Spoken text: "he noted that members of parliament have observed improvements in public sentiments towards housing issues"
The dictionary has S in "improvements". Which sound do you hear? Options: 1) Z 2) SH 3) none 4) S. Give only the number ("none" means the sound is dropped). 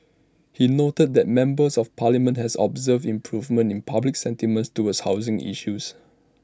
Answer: 3